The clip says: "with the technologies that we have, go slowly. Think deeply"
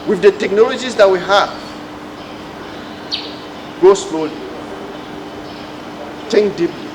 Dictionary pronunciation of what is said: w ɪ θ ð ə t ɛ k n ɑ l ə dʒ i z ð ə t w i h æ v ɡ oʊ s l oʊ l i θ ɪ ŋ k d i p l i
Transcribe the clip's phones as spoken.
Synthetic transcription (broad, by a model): w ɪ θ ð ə t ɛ k n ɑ l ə dʒ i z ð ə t w i h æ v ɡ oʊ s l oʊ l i t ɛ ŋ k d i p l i